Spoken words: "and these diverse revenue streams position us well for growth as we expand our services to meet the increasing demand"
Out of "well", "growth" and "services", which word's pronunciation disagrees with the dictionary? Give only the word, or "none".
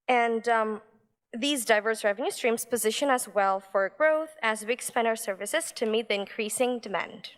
none